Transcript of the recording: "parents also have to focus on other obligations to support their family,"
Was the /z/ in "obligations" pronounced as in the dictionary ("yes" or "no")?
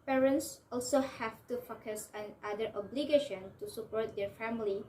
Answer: no